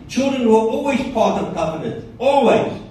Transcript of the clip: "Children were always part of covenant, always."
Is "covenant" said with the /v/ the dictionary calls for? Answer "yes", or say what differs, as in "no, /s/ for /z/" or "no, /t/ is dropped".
no, /p/ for /v/